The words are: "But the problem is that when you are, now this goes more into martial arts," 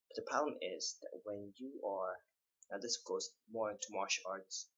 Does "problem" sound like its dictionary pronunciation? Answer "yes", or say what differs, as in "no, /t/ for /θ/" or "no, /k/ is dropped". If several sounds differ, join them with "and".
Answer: no, /ɹ/ is dropped and /b/ is dropped